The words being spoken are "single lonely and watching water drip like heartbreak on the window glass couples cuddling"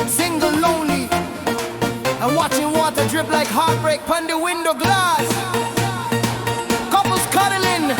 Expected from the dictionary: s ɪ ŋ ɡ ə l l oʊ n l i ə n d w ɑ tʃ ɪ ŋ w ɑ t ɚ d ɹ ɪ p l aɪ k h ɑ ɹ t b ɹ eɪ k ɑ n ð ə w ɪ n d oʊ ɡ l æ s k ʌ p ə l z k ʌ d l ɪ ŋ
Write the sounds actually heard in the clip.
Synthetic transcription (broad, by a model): s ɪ ŋ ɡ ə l l oʊ n l i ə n w ɑ tʃ ɪ ŋ w ɑ t ɚ d ɹ ɪ p l aɪ k h ɑ ɹ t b ɹ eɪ k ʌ n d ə w ɪ n d oʊ ɡ l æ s k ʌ p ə l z k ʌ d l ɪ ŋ